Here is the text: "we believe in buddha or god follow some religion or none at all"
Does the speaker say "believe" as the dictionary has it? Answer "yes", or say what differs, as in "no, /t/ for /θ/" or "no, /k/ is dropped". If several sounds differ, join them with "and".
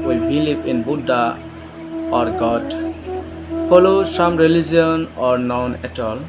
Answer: no, /p/ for /v/